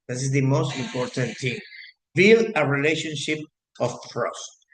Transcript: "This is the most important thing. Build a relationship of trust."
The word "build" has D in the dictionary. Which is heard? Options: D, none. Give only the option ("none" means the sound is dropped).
none